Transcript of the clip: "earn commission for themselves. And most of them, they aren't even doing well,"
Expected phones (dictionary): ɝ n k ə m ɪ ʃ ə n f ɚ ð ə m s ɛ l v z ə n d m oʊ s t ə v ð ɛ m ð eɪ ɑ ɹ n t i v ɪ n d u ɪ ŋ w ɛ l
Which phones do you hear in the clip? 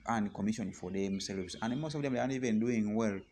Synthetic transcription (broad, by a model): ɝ n k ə m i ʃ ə n f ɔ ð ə m s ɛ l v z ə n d m oʊ s t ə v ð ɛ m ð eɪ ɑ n i v ɪ n d u ɪ ŋ w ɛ l